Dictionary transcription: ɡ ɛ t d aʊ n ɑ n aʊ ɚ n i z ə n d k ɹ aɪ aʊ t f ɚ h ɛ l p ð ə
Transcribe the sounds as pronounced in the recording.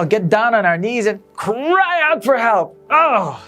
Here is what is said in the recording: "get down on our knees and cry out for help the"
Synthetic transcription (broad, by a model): ɡ ɛ t d aʊ n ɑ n aʊ ɚ n i z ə n k ɹ aɪ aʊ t f ɚ h ɛ l p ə